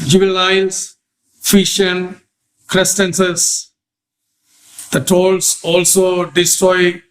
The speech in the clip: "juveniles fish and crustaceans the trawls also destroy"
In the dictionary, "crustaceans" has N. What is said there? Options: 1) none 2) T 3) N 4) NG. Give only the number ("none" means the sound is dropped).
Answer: 1